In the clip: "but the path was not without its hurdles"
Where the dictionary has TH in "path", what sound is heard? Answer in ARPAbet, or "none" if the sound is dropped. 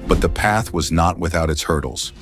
TH